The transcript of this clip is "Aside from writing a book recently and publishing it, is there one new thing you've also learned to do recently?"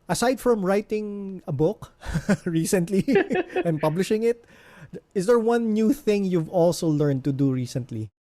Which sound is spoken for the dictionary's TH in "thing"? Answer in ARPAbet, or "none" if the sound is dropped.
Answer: TH